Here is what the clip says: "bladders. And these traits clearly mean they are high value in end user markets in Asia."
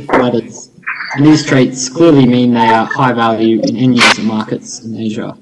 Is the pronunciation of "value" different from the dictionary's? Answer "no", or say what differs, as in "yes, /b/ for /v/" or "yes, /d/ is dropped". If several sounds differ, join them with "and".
no